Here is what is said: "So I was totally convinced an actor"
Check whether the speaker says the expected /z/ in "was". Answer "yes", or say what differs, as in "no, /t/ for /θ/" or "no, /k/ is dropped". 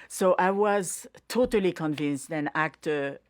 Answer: yes